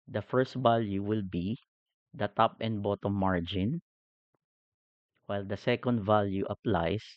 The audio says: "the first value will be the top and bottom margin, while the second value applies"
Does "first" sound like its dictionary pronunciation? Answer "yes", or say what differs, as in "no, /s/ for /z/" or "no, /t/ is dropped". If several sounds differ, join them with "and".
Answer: yes